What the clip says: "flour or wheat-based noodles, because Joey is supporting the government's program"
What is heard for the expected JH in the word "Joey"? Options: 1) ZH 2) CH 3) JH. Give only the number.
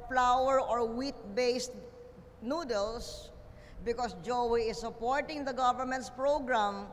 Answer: 3